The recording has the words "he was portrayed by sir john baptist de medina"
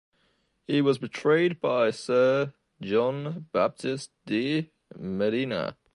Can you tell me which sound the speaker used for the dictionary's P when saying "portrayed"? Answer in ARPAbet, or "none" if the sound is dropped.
B